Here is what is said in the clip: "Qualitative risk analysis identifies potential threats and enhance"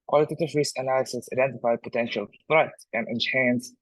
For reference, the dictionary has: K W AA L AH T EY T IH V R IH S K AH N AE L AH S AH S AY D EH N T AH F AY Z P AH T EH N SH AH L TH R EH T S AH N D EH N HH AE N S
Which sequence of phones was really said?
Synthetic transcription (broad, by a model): K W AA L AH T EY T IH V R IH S AH N AE L AH S AH S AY D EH N T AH F AY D P AH T EH N SH AH L F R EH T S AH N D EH N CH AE N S